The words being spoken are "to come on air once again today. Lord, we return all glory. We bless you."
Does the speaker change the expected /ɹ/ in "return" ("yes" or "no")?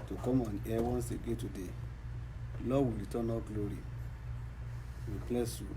yes